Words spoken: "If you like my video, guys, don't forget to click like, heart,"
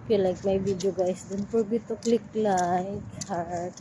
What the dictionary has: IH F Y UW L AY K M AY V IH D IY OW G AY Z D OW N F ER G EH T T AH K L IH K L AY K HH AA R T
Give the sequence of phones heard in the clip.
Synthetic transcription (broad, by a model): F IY L AY K M AY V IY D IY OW G AY S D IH N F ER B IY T T AH K L IH K L AY K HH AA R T